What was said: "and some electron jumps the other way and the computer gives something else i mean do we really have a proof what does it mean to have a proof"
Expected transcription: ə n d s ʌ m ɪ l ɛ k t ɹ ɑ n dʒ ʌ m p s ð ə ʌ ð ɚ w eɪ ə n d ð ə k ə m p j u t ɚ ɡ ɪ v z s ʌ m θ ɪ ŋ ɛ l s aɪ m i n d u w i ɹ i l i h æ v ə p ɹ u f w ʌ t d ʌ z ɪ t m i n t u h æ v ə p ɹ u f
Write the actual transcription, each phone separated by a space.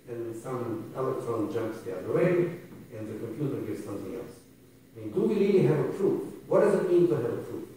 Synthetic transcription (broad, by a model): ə n s ʌ m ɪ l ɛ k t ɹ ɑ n dʒ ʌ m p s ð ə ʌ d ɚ w eɪ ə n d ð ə k ə m p j u t ɚ ɡ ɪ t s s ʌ m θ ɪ ŋ ɛ l s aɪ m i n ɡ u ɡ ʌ l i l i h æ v ə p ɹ u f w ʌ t d ʌ z ɪ t m i n t u h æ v ə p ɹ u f